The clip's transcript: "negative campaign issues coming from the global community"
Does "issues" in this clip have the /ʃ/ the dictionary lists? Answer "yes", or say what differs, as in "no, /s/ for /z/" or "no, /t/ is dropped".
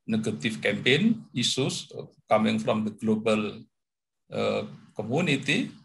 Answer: no, /s/ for /ʃ/